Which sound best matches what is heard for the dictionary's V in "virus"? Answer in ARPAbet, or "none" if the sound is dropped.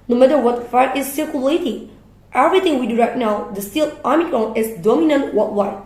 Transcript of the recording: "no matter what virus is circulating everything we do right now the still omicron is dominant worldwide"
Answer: F